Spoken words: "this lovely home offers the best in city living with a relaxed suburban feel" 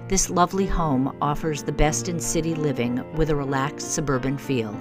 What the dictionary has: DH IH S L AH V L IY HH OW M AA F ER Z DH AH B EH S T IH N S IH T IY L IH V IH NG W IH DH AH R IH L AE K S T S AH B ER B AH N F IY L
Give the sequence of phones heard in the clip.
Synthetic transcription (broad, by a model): DH IH S L AH V L IY HH OW M AA F ER Z DH AH B EH S T IH N S IH T IY L IH V IH NG W IH DH AH R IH L AE K S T S AH B ER B AH N F IY L